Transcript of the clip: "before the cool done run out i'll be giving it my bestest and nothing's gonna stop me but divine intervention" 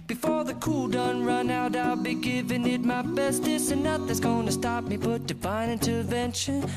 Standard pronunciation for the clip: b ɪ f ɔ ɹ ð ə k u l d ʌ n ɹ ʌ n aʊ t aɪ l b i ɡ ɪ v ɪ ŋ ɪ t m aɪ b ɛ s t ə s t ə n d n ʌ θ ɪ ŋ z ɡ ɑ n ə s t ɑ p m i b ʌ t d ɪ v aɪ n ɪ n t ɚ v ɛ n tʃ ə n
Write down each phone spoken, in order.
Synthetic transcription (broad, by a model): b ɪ f ɔ ɹ ð ə k u l d ʌ n ɹ ʌ n aʊ t aɪ l b i ɡ ɪ v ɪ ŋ ɪ t m aɪ b ɛ s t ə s ə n n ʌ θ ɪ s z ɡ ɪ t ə s t ɑ p m i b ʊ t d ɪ b aɪ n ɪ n t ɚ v ɛ n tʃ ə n